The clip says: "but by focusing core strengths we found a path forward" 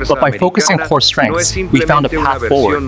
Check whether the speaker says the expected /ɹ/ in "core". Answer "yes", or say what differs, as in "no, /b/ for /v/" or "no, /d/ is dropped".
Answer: yes